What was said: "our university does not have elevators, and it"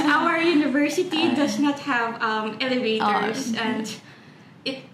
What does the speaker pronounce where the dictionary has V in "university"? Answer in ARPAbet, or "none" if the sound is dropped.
V